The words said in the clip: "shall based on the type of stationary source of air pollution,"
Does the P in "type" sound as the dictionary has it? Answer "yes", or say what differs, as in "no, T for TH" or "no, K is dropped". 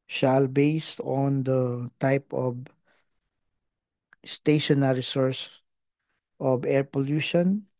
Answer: yes